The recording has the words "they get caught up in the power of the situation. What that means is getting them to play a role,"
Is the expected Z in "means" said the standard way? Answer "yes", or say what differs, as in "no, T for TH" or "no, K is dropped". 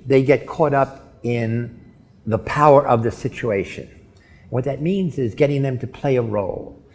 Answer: yes